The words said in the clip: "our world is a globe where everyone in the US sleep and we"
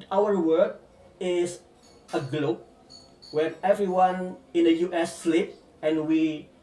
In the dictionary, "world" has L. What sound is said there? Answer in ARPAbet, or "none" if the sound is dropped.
none